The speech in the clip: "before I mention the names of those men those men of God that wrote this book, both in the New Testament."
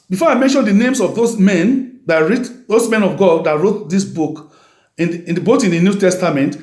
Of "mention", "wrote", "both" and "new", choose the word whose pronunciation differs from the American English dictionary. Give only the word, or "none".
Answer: both